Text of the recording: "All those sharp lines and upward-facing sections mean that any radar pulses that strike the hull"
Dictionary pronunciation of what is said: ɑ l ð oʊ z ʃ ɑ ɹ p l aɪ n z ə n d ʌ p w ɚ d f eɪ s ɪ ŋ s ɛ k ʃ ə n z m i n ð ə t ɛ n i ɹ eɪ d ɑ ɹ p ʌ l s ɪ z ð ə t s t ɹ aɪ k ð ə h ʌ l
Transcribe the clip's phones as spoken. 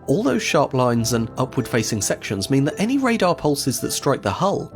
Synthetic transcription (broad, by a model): ɑ l ð oʊ z ʃ ɑ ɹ p l aɪ n z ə n ʌ p w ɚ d f eɪ s ɪ ŋ s ɛ k ʃ ə n z m i n ð ə t ɛ n i ɹ eɪ d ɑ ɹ p ʌ l s ɪ z ð ə t s t ɹ aɪ k ð ə h ʌ l